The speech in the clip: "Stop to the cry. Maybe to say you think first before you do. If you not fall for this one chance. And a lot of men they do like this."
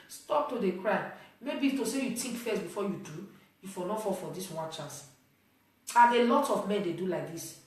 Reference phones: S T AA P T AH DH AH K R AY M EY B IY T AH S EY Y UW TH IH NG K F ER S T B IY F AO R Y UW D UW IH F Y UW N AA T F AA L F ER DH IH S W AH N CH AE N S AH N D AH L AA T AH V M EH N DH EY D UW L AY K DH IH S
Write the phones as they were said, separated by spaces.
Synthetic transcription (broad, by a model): S T AA P T AH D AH K R AY M EY B IY T AH S EY Y UW T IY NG K F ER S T B IY F AO Y UW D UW IH F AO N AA F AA F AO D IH S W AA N CH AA N S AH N AH L AA T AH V M EH N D EY D UW L AY K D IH S